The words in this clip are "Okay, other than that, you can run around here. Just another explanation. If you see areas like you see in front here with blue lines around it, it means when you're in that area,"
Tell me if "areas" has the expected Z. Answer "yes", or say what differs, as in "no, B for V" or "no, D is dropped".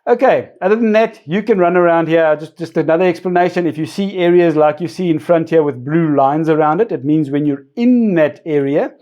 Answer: yes